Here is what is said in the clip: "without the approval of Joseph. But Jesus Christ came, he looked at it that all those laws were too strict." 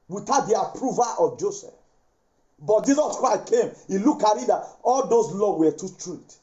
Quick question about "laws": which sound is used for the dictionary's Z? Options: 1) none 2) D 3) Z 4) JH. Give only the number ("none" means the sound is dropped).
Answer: 1